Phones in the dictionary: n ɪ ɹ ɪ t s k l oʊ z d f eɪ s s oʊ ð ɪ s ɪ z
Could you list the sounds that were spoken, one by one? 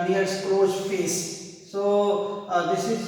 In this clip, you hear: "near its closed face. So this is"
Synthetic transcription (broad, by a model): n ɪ ɪ t s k oʊ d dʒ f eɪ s s oʊ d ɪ s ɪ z